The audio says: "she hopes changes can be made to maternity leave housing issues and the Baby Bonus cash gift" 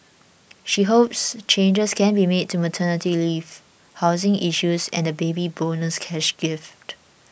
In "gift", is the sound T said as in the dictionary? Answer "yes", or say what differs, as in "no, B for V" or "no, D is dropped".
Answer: yes